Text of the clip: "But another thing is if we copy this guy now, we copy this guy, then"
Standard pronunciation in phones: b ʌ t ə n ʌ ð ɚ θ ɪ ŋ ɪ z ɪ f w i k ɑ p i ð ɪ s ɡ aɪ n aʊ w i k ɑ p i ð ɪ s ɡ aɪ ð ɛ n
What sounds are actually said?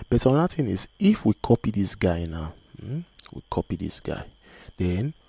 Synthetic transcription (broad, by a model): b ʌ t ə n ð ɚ t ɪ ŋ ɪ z ɪ f w i k ɑ p i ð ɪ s ɡ aɪ n aʊ w i k ɑ p i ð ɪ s ɡ aɪ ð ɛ n